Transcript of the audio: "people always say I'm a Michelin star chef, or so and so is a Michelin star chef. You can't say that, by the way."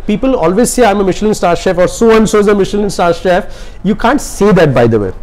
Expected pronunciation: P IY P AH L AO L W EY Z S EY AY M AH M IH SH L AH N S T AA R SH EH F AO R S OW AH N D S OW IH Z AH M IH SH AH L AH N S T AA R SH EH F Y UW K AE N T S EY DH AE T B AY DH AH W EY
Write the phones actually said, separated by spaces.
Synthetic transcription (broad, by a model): P IY P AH L AO L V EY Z S EY AY M AH M IH SH L AH N S T AA R SH EH F AO R S OW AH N S OW IH Z AH M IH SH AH L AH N S T AA R SH EH F Y UW K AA N T S EY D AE T B AY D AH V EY